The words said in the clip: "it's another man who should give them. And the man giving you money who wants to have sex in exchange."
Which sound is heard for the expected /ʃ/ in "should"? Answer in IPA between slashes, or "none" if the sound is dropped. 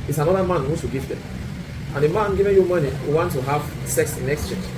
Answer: /s/